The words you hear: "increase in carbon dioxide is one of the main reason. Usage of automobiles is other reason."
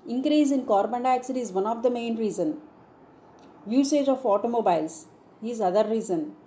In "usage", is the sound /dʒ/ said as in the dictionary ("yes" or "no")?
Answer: yes